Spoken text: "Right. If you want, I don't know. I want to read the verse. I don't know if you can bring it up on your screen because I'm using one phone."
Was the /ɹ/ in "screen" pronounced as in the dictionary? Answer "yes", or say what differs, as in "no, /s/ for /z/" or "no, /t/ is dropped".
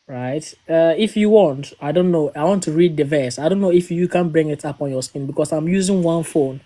no, /ɹ/ is dropped